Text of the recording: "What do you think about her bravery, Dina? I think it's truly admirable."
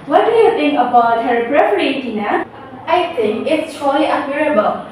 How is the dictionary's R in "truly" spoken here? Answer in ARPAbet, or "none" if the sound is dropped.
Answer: none